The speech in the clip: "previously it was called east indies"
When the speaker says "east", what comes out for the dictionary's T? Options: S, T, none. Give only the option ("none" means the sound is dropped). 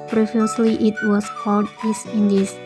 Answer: none